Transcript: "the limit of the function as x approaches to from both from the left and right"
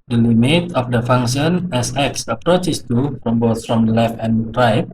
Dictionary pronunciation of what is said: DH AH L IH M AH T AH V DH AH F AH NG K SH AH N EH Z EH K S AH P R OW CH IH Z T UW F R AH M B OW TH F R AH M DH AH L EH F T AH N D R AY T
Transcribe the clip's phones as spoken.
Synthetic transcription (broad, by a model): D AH L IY M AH T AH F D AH F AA NG SH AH N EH S EH K S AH P R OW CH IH S T UW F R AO M B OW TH F R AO M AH L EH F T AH N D R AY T